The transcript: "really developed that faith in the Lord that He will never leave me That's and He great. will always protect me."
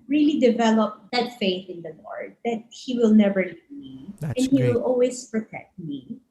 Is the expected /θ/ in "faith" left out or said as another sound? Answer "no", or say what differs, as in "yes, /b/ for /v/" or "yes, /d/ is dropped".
no